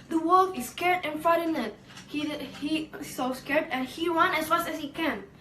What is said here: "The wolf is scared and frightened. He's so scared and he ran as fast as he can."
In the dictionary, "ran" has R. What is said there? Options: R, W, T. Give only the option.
W